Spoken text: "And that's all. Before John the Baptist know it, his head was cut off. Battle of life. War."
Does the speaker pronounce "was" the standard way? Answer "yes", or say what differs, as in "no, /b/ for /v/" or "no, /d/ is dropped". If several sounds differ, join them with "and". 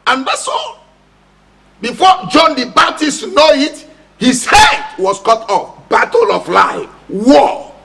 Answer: no, /s/ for /z/